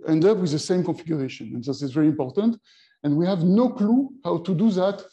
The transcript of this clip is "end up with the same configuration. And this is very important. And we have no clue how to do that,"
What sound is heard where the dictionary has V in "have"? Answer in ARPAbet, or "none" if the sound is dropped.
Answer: V